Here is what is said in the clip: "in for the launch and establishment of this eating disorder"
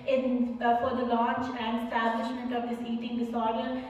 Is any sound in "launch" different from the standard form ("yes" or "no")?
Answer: no